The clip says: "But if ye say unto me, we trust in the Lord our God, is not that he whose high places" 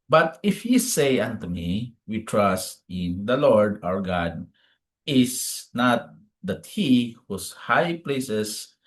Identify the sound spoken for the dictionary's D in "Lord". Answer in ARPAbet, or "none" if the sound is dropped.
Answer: D